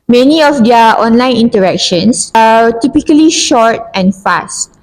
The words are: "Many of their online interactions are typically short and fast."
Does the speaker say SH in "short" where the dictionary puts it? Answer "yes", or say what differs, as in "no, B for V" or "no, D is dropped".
yes